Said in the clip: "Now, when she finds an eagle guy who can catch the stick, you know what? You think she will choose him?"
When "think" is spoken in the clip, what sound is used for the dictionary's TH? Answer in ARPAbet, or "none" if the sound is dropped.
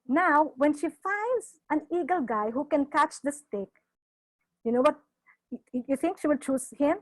T